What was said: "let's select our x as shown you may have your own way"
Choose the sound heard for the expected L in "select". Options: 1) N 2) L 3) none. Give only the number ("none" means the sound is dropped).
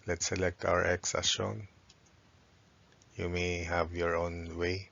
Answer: 2